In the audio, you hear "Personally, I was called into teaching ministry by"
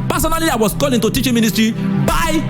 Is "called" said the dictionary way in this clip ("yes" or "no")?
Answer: no